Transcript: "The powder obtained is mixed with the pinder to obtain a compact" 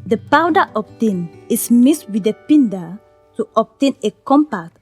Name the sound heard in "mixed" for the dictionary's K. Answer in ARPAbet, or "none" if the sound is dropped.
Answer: none